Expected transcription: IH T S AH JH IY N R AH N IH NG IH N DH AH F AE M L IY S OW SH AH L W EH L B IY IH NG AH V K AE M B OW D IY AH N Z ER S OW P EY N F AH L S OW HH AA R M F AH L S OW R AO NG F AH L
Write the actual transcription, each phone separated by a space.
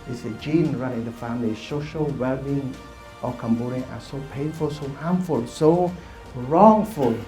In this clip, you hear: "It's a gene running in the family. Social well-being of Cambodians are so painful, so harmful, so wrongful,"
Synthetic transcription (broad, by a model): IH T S AH JH IY N R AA IH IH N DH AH F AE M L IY S OW SH AH L W EH L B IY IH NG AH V K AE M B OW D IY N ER S OW P EY N F AH L S OW HH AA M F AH L S OW R AO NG F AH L